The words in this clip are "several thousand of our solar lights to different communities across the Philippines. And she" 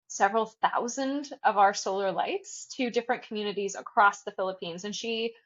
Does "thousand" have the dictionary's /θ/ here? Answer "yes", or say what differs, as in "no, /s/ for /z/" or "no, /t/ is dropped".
yes